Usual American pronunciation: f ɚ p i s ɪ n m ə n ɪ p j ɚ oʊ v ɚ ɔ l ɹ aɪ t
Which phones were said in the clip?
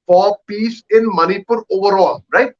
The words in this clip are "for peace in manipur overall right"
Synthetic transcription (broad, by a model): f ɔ p i s ɪ n m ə n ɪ p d oʊ v ɚ ɔ l ɹ aɪ t